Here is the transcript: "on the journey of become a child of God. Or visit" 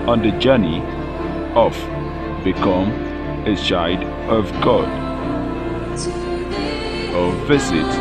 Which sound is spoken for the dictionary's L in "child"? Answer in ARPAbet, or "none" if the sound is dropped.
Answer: none